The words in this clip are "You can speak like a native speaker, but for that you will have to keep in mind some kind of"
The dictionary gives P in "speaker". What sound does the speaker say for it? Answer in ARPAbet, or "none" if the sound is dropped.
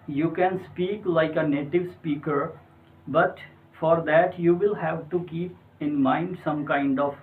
P